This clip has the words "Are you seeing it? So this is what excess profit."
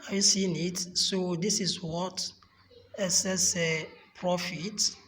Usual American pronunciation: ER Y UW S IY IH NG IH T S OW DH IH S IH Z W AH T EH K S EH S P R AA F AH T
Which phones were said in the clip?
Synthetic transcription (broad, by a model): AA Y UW S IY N IH T S OW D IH S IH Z W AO T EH S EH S P R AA F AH T